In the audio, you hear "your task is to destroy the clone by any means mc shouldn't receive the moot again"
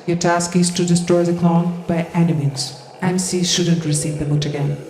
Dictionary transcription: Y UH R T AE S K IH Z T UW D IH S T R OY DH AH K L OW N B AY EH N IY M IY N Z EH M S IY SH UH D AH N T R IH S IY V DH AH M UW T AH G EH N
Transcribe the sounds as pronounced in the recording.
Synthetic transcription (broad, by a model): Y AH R T AE S K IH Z T UW D IH S T R OY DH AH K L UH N B AY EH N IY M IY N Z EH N S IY SH UH D AH N T R IH S IY V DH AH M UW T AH G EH N